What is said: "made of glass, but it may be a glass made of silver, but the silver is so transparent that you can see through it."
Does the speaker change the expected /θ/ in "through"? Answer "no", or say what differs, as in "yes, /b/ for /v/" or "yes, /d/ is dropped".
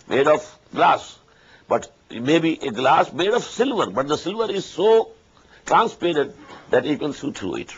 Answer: yes, /t/ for /θ/